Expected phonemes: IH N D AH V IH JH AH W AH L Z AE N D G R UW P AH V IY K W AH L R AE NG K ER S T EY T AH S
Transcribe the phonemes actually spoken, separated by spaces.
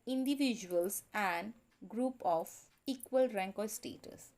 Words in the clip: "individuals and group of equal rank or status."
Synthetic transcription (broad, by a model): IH N D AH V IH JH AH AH L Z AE N D G R UW P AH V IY K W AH L R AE NG K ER S T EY T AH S